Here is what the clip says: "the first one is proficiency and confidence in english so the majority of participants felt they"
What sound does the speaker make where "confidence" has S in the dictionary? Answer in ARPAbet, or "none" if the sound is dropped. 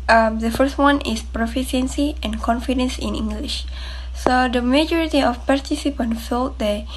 S